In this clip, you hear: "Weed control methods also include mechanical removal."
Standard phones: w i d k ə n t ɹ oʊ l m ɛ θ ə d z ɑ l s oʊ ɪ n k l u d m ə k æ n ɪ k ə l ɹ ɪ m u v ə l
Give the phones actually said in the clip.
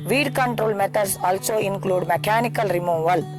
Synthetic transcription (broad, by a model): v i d k ə n t ɹ oʊ l m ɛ t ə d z ɑ l s oʊ ɪ n k l u d m ə k æ n ɪ k ə l ɹ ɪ m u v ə l